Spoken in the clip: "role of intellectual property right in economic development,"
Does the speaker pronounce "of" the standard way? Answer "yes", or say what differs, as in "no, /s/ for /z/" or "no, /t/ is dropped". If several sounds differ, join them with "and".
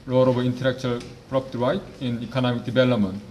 no, /b/ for /v/